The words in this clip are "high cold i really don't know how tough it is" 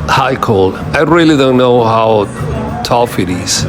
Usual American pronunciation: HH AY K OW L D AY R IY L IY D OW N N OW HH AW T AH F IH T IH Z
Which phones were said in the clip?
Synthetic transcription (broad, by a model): HH AY K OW L AY R IY L IY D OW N N OW HH AW T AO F IH T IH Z